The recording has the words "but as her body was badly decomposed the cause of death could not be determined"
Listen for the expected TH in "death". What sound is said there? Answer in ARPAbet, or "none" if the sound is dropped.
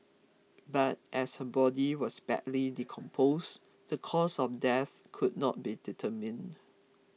TH